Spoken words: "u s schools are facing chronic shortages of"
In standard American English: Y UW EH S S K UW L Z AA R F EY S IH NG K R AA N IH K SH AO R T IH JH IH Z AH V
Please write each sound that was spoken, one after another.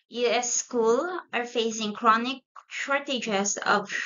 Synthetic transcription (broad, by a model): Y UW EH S S K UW L AA R F EY S IH NG K R AA N IH K SH AO R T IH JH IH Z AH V